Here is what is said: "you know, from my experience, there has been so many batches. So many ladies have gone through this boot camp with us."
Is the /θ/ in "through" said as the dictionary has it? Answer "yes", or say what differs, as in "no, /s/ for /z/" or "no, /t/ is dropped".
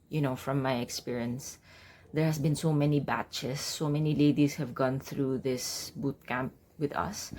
yes